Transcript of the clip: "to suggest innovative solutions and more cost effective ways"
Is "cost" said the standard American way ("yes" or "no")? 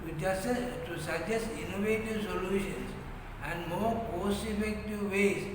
no